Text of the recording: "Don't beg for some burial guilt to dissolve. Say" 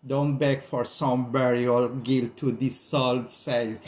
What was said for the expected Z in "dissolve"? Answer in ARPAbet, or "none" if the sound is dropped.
S